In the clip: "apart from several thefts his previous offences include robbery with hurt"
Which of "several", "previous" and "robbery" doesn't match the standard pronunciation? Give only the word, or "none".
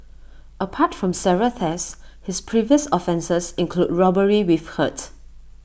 several